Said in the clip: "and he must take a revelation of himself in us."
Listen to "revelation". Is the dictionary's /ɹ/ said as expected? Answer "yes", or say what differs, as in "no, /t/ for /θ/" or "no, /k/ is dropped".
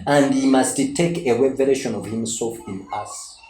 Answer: no, /w/ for /ɹ/